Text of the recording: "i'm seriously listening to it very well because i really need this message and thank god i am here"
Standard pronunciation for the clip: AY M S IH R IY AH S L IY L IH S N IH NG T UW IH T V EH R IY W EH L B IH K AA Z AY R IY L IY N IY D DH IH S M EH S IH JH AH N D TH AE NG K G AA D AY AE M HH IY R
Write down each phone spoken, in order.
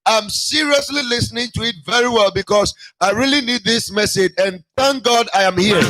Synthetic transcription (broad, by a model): AY M S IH R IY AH S L IY L IH S N IH NG T UW IH T V EH R IY W EH L B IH K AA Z AY R IY L IY N IY D DH IH S M EH S IH JH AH N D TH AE NG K G AA D AY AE M HH IY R